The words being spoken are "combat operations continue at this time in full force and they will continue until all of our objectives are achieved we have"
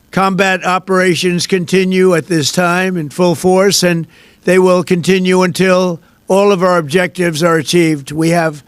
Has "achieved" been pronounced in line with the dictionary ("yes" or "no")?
yes